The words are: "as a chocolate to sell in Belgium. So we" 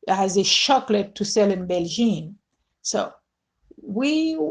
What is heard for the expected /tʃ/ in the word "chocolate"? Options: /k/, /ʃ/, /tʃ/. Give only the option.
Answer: /ʃ/